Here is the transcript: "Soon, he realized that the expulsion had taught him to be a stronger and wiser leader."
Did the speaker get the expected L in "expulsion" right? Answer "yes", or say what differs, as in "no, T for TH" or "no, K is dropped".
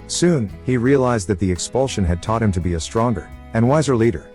yes